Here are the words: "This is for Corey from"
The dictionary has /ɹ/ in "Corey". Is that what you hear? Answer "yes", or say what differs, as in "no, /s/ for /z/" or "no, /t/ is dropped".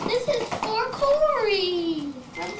no, /l/ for /ɹ/